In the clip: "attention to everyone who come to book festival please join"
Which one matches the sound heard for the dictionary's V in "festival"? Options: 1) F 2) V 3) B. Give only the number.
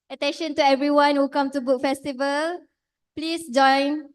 2